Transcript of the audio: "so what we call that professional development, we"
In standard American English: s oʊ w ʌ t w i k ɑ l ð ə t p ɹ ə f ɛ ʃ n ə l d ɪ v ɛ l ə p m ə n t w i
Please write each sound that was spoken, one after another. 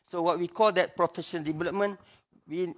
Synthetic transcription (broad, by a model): s oʊ w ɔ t w i k ɑ l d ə t p ɹ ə f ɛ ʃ ə n d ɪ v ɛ l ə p m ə n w i